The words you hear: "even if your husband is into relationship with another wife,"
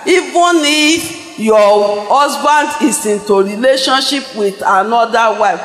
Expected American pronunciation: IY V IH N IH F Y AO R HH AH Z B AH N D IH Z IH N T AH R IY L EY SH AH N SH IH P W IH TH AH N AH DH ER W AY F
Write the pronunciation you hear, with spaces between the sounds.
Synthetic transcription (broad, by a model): IY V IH N IH F Y AO HH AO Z B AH N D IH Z IH N T AH R IY L EY SH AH N SH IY P W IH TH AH N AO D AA W AY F